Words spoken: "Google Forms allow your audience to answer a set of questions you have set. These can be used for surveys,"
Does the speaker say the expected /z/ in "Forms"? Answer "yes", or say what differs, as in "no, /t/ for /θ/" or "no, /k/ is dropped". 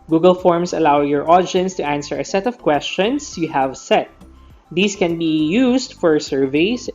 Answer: no, /s/ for /z/